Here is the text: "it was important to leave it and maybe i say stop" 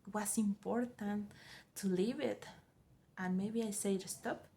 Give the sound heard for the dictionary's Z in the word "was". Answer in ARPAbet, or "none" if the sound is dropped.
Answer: S